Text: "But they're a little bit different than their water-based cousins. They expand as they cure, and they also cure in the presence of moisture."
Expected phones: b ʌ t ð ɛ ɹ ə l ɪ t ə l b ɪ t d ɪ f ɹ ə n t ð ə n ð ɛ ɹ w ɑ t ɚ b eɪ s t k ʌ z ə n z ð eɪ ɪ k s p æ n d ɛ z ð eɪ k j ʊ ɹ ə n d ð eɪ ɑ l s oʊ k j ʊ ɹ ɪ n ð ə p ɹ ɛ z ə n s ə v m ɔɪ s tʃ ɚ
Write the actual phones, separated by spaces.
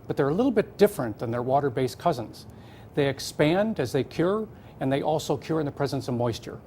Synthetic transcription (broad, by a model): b ʌ t ð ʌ ɹ ə l ɪ t l b ɪ t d ɪ f ɹ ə n ð ə n ð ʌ ɹ w ɑ t ɚ b eɪ s k ʌ z ə n z ð eɪ ɪ k s p æ n d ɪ z ð eɪ k j ʊ ɹ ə n ð eɪ ɑ l s oʊ k j ʊ ɹ ɪ n ð ə p ɹ ɛ z ə n s ə v m ɔɪ s tʃ ɚ